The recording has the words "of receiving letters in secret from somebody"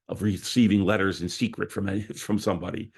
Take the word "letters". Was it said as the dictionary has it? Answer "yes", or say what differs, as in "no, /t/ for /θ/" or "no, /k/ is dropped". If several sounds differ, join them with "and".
yes